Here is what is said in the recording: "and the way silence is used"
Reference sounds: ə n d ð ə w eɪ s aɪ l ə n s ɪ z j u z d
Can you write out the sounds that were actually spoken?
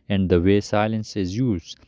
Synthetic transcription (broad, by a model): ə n d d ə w eɪ s aɪ l ə n s ɪ z j u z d